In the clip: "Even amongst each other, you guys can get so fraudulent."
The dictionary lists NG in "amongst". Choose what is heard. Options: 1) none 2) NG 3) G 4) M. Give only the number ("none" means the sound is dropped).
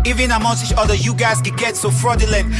1